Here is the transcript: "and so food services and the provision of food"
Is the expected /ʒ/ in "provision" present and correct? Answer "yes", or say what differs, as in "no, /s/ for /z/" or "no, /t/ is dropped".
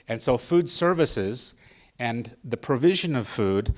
yes